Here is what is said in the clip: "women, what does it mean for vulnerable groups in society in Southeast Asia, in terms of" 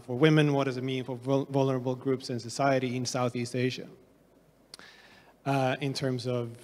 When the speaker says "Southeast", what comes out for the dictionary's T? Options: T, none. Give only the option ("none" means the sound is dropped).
T